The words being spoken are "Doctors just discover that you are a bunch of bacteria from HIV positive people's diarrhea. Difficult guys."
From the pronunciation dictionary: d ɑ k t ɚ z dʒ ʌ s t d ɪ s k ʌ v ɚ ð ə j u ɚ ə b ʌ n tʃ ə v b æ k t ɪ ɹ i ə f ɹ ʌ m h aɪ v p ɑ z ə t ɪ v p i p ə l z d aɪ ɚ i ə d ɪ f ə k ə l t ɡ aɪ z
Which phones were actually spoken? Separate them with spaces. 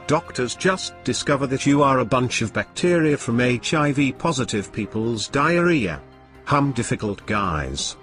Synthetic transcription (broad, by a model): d ɑ k t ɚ z dʒ ʌ s d ɪ s k ʌ v ɚ ð ə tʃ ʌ ɚ ə b ʌ n tʃ ə v b æ k t ɪ ɹ i ə f ɹ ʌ m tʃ aɪ v p ɑ z ə t ɪ v p i p ə l z d aɪ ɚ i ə d ɪ f ə k ə l t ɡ aɪ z